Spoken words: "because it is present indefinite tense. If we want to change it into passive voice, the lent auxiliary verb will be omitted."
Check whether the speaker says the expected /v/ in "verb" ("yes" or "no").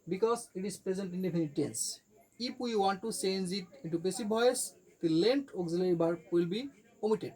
no